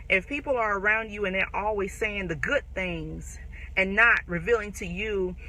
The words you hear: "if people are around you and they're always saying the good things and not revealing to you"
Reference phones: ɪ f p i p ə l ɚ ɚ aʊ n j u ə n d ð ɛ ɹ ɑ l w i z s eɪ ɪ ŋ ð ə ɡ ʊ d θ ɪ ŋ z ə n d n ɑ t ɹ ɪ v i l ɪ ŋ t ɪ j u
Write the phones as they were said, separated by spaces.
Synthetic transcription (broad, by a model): ɪ f p i p l ɚ ɚ aʊ n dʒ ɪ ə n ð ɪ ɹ ɑ l w i z s eɪ ɪ ŋ ð ə ɡ ʊ d θ ɪ ŋ z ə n n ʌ t ɹ ɪ v i l ɪ ŋ t ɪ j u